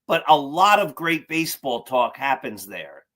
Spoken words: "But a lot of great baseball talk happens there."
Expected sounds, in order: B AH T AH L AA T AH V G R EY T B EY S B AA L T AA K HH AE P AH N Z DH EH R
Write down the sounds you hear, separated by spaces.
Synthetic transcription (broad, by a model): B AH T AH L AA T AH V G R EY T B EY S B AA L T AA K HH AE P AH N Z DH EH R